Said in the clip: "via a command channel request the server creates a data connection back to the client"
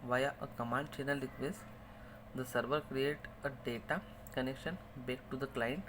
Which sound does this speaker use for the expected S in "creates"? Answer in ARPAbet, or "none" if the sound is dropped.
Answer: none